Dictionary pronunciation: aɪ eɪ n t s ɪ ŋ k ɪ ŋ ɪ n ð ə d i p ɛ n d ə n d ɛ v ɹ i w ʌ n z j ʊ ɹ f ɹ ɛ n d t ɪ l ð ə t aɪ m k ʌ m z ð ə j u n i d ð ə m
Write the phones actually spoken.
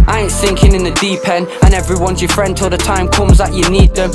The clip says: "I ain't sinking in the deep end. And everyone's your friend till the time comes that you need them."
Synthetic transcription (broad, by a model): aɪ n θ ɪ ŋ k ɪ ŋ ɪ n ð ə d i p ɛ n ə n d ɛ v ɹ i w ʌ n z j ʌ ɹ f ɹ ɛ n d t ɪ l ð ə t aɪ m k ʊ m z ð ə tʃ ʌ n i d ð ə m